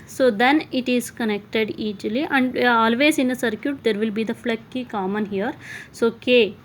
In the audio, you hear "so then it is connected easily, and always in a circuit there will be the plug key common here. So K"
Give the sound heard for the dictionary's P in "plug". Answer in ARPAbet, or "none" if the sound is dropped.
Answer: F